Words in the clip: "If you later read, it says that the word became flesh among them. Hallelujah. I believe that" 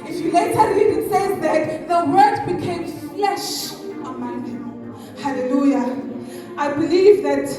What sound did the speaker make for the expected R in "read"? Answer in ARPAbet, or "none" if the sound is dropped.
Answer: L